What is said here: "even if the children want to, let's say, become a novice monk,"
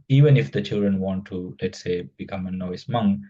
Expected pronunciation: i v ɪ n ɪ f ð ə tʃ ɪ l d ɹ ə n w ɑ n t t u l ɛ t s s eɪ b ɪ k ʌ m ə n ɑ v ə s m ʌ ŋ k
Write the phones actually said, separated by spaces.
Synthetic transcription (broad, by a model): i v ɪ n ɪ f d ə tʃ ɪ l d ɹ ə n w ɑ n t t u l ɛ t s s eɪ b ɪ k ʌ m ə n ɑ ə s m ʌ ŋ